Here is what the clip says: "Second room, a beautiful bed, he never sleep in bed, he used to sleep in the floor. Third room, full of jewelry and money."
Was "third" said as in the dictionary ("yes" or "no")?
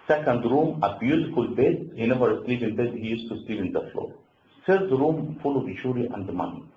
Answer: no